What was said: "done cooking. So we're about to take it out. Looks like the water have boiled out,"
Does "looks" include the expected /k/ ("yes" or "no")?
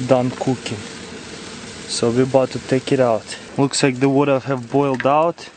yes